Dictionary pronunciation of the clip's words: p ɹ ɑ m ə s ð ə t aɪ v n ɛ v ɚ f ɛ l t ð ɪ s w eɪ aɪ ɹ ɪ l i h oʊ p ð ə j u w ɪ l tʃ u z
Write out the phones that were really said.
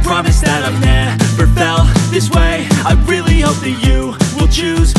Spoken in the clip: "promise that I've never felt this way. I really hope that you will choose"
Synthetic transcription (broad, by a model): p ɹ ɑ m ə s ð ə t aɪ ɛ b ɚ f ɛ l ð ɪ s w eɪ aɪ ɹ ɪ l i h oʊ p ð ə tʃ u w ɪ l tʃ u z